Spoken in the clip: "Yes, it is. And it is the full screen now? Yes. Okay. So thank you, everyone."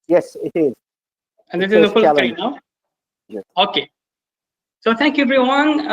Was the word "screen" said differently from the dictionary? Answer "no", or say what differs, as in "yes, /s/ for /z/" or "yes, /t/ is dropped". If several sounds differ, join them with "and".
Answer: yes, /l/ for /n/